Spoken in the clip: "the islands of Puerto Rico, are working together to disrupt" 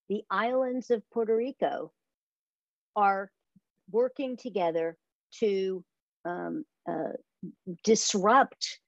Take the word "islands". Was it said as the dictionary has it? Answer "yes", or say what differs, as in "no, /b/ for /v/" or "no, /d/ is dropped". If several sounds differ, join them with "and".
yes